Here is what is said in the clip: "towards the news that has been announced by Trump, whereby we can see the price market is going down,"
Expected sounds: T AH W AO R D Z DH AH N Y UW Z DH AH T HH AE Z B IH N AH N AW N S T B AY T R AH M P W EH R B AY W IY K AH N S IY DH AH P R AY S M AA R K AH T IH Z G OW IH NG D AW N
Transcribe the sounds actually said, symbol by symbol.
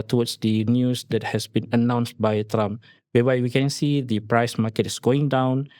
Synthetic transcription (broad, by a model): T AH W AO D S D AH N Y UW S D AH T HH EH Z B IH N AH N AW N S T B AY T R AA M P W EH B AY W IY K AH N S IY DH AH P R AY S M AA K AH T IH S G OW IH NG D AW N